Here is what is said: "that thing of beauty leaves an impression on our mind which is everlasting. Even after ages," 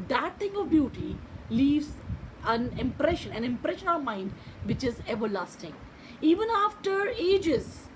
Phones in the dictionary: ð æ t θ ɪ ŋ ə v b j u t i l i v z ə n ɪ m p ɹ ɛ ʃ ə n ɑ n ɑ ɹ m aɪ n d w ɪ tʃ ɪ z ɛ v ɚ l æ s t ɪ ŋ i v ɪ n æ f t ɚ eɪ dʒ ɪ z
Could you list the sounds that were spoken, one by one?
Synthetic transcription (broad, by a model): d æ t t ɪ ŋ ə v b j u t i l i v z ə n ɪ m p ɹ ɛ ʃ ə n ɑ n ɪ ɹ m aɪ n d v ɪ tʃ ɪ z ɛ v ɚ l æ s t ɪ ŋ i v ɪ n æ f t ɚ eɪ dʒ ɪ z